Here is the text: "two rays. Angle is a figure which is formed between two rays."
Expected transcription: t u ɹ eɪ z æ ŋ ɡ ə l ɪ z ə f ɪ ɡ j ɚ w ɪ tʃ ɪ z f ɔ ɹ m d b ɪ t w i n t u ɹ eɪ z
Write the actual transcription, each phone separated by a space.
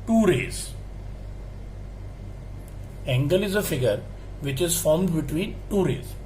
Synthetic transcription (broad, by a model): t u ɹ eɪ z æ ŋ ɡ ə l ɪ z ə f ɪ ɡ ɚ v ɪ tʃ ɪ z f ɔ ɹ m d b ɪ t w i n t u ɹ eɪ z